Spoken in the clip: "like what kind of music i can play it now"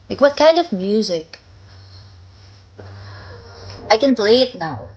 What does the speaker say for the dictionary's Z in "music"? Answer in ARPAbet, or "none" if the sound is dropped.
Z